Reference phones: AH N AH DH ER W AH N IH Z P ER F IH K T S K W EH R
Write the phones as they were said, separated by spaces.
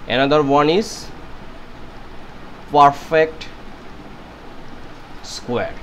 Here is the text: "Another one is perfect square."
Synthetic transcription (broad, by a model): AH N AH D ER W AH N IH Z P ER F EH K T S K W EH R